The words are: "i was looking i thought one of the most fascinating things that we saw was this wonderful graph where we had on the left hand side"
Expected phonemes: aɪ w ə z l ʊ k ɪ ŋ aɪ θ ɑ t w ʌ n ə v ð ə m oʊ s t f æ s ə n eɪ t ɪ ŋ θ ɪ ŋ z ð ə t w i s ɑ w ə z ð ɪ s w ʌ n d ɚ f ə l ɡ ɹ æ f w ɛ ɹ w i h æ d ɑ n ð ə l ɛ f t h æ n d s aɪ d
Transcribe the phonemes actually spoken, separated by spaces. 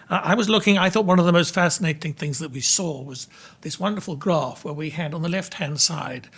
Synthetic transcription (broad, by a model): aɪ w ə z l ʊ k ɪ ŋ aɪ θ ɑ t w ʌ n ə v ð ə m oʊ s t f æ s ə n eɪ t ɪ ŋ θ ɪ ŋ z ð ə t w i s ɑ w ə z ð ɪ s w ʌ n d ɚ f l ɡ ɹ æ f w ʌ ɹ w i h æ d n ð ə l ɛ f t h æ n d s aɪ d